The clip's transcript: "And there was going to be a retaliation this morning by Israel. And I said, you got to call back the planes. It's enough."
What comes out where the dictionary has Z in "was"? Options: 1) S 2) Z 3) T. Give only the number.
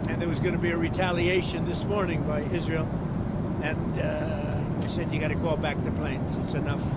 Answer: 2